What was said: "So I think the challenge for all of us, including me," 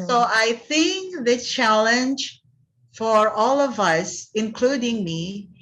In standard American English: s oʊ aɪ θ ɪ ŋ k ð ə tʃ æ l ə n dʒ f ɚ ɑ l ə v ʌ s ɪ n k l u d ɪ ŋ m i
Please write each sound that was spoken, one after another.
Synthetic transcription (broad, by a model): s oʊ aɪ θ ɪ ŋ k ð ə tʃ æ l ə n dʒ f ɚ ɑ l ə v ʌ s ɪ n k l u d ɪ ŋ m i